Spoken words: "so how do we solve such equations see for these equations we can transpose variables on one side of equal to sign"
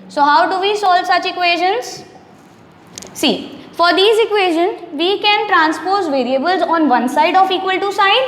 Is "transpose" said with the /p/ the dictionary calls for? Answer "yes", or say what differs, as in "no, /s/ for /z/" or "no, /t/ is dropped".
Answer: yes